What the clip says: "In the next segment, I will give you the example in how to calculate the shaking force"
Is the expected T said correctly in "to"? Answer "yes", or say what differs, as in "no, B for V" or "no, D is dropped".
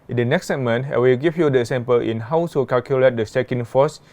no, S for T